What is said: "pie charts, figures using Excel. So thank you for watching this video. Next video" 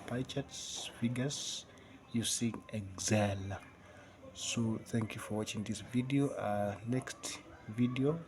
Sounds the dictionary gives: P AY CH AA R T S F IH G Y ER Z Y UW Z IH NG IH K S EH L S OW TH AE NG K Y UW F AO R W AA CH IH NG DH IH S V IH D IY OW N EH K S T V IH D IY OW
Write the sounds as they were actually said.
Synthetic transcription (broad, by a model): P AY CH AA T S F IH G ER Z Y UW S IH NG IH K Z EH L S OW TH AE NG K Y UW F AO R W AA CH IH NG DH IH S V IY D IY OW N EH K S T V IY D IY OW